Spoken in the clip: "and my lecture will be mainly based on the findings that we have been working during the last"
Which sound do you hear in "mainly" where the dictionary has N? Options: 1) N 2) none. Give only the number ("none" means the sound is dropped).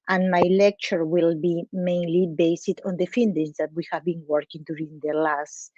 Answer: 1